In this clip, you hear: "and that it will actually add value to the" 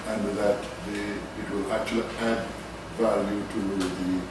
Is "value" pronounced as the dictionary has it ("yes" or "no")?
no